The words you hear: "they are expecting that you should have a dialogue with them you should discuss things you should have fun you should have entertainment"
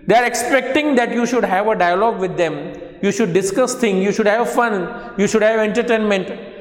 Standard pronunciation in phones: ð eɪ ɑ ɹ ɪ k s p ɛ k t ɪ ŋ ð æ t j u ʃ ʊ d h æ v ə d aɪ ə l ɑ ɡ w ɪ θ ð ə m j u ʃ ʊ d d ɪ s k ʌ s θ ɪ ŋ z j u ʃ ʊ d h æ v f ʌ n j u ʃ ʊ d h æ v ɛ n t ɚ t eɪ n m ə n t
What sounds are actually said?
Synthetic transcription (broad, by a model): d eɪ ɑ ɹ ɪ k s p ɛ k t ɪ ŋ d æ t j u ʃ ʊ d h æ v ə d aɪ ə l ɑ ɡ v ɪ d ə m j u ʃ ʊ d d ɪ s k ʌ s t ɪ ŋ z j u ʃ ʊ d h æ v f ʌ n j u ʃ ʊ d h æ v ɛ n t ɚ t eɪ n m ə n t